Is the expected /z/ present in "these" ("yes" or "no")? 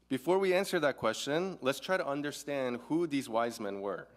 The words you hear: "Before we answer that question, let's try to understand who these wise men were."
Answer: yes